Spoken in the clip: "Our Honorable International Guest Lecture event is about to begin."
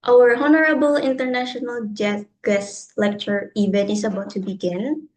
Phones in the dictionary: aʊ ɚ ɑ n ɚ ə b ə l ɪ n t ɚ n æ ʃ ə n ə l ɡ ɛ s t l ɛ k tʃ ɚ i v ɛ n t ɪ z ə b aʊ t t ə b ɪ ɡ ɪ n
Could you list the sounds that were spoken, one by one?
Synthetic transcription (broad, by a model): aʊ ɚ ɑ n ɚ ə b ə l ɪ n t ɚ n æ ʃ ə n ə l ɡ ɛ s l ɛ k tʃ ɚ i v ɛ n ɪ s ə b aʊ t t ə b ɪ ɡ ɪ n